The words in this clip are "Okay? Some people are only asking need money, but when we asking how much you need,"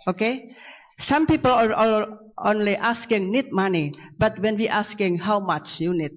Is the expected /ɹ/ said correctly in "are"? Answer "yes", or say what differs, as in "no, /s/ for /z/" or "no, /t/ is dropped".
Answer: no, /l/ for /ɹ/